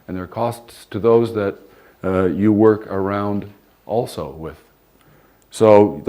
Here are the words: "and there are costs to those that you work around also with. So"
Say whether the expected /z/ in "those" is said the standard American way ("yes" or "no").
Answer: yes